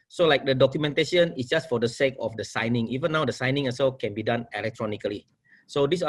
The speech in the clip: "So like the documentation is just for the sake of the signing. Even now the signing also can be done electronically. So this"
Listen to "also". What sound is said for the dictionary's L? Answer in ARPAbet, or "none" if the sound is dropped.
none